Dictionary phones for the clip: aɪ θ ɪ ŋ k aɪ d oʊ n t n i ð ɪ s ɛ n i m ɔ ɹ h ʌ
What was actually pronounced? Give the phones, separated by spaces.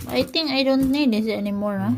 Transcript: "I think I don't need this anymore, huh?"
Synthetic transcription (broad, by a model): aɪ t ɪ ŋ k aɪ d oʊ n t n i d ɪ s ɛ n i m ɔ ɹ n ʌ